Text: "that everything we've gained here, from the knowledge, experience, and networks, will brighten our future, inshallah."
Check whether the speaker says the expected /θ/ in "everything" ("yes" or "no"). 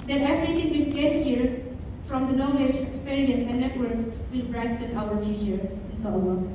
no